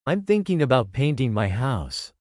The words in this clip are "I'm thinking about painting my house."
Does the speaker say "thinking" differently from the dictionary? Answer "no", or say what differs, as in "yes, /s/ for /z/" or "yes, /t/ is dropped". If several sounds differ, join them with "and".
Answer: no